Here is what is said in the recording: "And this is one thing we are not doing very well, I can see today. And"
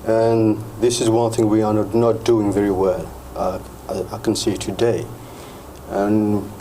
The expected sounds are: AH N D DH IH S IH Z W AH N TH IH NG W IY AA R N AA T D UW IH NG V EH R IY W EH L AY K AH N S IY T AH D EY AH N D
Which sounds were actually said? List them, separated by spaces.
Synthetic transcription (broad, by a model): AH N DH IH S IH Z W AH N TH IH NG W IY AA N N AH T D UW IH NG V EH R IY W EH L AY K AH N S IY T AH D EY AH N